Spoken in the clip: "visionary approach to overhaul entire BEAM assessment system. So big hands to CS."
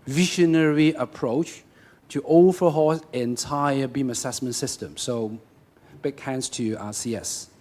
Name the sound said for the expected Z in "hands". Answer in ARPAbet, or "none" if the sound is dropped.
S